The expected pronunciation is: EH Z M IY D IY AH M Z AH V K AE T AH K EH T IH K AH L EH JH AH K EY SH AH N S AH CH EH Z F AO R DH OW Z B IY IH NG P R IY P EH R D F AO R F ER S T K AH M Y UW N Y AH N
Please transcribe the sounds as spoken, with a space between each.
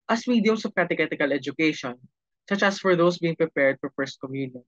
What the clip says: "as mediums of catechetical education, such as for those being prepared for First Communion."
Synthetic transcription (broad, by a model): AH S M IY D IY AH M S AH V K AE T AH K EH T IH K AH L EH JH AH K EY SH AH N S AH CH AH S F AO R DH OW S B IY IH NG P R IY P EH R D F AO R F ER S T K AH M Y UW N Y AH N